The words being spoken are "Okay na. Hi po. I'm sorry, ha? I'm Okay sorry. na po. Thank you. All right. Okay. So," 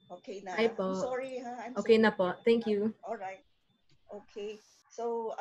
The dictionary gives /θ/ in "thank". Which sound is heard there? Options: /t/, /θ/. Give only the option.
/t/